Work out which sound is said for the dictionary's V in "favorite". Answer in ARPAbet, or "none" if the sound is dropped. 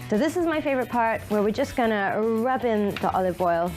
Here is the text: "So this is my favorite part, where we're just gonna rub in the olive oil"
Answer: V